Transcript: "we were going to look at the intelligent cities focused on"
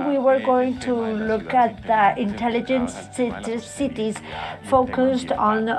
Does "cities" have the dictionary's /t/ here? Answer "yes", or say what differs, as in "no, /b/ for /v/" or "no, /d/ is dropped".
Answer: yes